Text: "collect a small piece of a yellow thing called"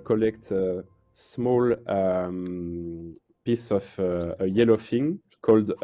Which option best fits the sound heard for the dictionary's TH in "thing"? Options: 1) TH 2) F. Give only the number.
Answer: 2